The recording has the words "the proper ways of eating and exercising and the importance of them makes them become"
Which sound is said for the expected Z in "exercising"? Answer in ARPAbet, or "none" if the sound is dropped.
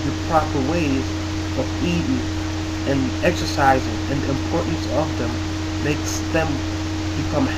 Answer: Z